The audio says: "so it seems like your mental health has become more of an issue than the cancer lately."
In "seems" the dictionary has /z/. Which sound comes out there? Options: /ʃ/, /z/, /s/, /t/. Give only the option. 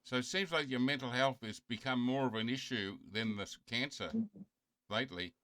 /z/